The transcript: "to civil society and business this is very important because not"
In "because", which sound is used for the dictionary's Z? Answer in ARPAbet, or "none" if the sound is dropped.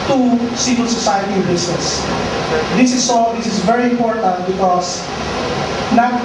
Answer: S